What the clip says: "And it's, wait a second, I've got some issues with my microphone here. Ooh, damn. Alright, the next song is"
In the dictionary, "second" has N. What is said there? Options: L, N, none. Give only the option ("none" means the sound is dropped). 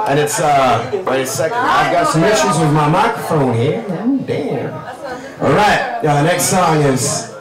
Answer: none